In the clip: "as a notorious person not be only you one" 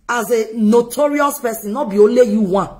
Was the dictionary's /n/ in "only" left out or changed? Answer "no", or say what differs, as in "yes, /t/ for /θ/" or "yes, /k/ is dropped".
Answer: yes, /n/ is dropped